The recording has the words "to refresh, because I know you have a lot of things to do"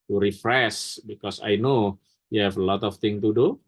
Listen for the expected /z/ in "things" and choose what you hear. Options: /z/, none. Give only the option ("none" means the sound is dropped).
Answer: none